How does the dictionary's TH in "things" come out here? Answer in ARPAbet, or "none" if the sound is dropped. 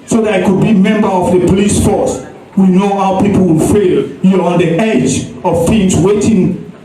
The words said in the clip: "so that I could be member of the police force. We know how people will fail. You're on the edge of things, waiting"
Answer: F